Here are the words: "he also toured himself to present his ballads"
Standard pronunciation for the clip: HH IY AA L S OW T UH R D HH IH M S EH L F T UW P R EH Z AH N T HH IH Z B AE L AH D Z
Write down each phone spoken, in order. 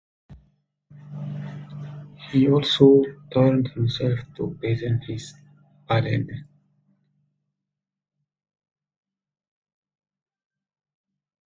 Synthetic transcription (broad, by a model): HH IY AA L S OW T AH R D HH IH M S EH L F T UW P EH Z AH N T HH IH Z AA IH L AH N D